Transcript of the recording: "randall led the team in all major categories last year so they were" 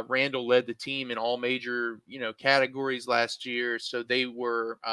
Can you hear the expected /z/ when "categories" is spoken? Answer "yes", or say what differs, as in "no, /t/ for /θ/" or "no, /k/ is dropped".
yes